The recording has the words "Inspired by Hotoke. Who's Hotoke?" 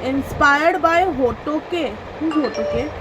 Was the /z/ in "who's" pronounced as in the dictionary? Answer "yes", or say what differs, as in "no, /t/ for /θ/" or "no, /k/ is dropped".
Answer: no, /z/ is dropped